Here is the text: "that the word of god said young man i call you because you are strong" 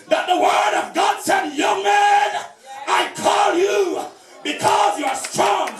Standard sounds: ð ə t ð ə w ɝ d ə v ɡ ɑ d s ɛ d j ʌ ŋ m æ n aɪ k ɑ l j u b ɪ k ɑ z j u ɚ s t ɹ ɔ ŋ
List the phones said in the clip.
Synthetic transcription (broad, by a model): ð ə t ð ə w ɝ d ə v ɡ ɑ d s ɛ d j ʌ ŋ m æ n aɪ k ɑ l j u b ɪ k ɑ z j u ɚ s t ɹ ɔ ŋ